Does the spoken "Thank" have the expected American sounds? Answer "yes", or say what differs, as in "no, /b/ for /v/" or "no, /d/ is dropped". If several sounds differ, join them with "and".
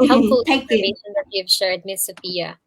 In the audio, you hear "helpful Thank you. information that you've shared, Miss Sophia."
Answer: no, /t/ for /θ/ and /ŋ/ is dropped